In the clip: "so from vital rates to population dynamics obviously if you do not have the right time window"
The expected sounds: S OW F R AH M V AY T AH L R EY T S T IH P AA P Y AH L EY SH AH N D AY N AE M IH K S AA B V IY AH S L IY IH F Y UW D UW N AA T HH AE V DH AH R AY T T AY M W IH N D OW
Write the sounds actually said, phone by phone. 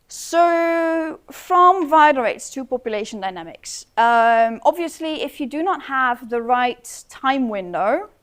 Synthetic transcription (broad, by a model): S OW F R AH M V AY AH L R EY T S T IH P AA P Y AH L EY SH AH N D AY N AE M IH K S AA B V IY AH S L IY IH F Y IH D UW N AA T HH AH V DH AH R AY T T AY M W IH N D OW